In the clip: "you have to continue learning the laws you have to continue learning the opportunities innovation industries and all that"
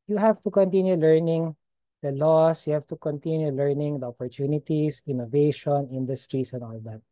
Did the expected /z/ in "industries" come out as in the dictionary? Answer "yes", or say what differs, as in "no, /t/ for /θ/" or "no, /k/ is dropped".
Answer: no, /s/ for /z/